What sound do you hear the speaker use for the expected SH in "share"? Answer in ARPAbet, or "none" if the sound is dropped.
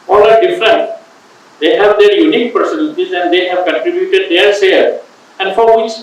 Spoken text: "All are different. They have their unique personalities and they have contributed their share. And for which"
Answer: S